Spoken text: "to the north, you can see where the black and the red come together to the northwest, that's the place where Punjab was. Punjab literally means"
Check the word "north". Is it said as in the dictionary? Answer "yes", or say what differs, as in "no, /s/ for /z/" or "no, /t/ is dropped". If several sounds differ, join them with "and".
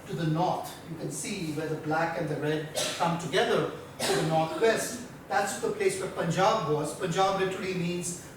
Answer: no, /t/ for /θ/